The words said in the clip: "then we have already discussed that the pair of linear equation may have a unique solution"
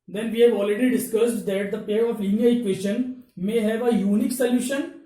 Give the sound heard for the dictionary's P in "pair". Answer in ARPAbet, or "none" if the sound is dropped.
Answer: P